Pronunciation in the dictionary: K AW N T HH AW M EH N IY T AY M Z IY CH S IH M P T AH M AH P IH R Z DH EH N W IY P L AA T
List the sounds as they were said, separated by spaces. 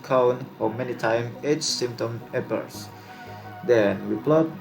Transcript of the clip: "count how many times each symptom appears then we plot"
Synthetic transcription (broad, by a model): K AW N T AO M EH N IY T AY M EH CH S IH M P T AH M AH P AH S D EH N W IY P L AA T